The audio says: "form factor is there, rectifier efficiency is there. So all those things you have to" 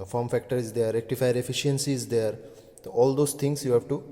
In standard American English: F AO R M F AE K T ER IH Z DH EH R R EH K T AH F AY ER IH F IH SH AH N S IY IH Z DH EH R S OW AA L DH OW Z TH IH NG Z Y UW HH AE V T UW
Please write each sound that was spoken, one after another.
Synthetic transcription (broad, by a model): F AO R M F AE K T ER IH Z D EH R R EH K T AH F AY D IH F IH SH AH N S IY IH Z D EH R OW AA L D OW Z T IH NG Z Y UW HH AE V T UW